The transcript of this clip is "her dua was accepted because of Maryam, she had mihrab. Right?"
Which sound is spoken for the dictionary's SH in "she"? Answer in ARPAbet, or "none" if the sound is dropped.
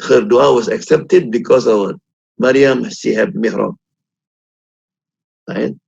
S